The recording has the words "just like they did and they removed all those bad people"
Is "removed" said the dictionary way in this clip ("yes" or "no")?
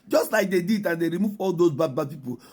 no